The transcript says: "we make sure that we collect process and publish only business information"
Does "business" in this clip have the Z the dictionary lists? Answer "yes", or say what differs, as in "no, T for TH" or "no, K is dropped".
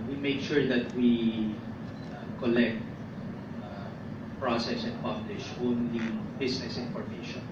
no, S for Z